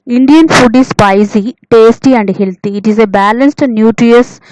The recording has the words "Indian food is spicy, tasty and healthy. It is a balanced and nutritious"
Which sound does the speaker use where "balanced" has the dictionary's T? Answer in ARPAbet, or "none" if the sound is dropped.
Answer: T